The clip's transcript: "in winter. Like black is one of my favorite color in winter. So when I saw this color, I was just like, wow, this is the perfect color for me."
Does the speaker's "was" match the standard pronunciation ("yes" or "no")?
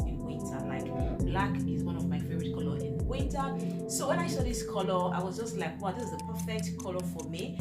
yes